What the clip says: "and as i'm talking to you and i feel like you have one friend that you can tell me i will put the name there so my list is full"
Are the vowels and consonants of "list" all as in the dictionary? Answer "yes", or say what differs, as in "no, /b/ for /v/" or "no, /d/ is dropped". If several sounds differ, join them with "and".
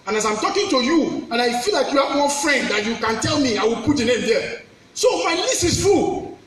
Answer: no, /t/ is dropped